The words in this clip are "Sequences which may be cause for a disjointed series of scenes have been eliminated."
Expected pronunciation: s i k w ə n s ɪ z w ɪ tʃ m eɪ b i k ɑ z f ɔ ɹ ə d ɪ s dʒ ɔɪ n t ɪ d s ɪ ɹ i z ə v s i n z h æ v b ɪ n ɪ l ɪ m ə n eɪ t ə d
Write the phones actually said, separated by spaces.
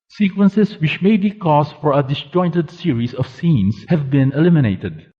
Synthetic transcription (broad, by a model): s i k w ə n s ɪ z w ɪ tʃ m eɪ b i k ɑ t f ɔ ɹ ə d ɪ s dʒ ɔɪ n t ɪ d s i ɹ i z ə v s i n s h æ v b ɪ n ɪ l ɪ m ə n eɪ t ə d